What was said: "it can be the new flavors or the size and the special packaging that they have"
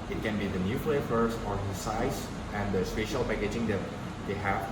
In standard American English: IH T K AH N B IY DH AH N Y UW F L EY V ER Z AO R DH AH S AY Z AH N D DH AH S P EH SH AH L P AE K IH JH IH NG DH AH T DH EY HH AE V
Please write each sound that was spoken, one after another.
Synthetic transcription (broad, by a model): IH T K AH N B IY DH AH N Y UW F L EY F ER S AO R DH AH S AY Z AH N D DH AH S P EH SH AH L P AE K IH JH IH NG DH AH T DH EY HH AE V